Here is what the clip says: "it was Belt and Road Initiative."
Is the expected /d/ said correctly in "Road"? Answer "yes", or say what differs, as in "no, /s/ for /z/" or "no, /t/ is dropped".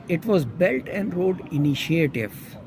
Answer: yes